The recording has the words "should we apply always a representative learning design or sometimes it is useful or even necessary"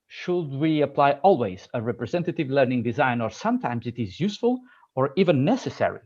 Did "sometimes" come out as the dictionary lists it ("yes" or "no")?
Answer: yes